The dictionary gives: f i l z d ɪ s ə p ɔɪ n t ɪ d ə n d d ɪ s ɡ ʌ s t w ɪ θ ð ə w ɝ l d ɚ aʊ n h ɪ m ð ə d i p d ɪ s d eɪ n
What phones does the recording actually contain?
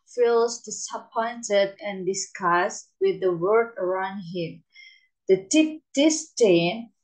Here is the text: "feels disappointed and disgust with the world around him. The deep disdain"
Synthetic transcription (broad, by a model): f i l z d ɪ s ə p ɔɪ n t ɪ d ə n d d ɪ s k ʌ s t w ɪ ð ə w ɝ d ɚ aʊ n h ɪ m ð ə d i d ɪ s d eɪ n